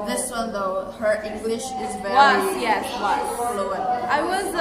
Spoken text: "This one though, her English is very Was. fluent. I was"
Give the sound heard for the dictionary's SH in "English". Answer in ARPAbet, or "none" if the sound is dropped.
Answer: SH